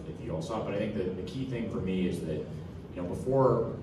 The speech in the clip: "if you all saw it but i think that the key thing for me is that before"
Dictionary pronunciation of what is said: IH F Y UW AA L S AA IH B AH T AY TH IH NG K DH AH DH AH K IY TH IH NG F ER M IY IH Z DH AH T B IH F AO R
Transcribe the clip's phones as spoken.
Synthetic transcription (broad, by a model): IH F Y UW AA L S AA B AH T AY TH IH NG K DH AH DH AH K IY TH IH NG F ER M IY IH Z DH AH T B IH F AO R